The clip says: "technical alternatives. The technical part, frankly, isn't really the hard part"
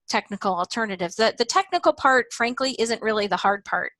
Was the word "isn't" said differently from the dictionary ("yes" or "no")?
no